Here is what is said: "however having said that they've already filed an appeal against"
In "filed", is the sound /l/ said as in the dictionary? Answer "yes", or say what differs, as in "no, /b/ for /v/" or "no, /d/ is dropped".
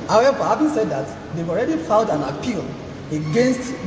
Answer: no, /n/ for /l/